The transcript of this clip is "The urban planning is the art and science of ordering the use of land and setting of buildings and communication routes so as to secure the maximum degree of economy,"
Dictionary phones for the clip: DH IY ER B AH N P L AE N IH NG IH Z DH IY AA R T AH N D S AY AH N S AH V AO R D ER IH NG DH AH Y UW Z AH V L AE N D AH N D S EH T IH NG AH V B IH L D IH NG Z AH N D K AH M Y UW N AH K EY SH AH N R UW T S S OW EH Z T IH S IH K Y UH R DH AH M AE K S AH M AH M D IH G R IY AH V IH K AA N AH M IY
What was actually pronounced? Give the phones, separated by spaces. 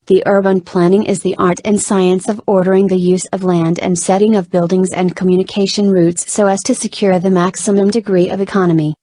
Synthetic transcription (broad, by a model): DH IY ER B AH N P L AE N IH NG IH Z DH IY AA R T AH N S AY AH N S AH V AO R D ER IH NG DH AH Y UW Z AH V L AE N D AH N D S EH T IH NG AH V B IH L D IH NG Z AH N K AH M Y UW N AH K EY SH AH N R UW T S S OW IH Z T IH S IH K Y UH R DH AH M AE K S AH M AH M D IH G R IY AH V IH K AA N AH M IY